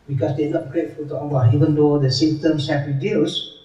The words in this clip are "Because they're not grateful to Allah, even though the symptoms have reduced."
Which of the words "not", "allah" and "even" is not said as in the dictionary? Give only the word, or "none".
allah